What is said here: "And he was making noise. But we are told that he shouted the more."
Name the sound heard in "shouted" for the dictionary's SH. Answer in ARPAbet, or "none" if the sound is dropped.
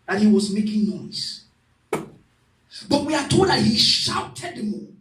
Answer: SH